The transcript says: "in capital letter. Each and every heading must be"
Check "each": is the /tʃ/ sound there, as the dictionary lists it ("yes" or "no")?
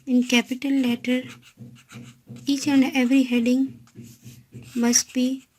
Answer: yes